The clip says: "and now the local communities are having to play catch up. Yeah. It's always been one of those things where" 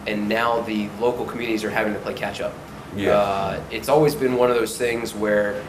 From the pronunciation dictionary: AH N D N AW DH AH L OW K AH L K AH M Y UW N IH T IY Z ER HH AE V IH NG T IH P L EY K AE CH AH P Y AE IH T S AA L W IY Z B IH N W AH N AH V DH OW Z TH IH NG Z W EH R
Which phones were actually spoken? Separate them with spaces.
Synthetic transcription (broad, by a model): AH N N AW DH AH L OW K L K M Y UW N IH T IY Z ER HH AE V IH NG T IH P L EY K AE CH AH P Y IH T S AA L W IY Z B IH N W AH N AH V DH OW Z TH IH NG Z W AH R